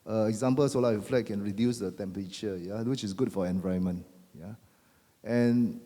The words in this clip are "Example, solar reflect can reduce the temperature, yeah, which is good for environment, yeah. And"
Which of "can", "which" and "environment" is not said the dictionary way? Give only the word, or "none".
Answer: environment